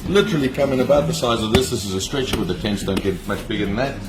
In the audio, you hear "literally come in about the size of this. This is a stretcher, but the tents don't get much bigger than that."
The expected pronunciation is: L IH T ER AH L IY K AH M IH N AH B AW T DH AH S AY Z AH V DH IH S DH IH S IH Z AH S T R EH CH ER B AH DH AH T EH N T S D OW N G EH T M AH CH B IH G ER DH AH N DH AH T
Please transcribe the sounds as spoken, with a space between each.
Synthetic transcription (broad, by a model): L IH T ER L IY K AH M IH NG AH B AW T DH AH S AY Z AH V DH IH S DH IH S IH Z AH S T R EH CH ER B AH DH AH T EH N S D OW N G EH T M AH CH B IH G ER DH AH N DH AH T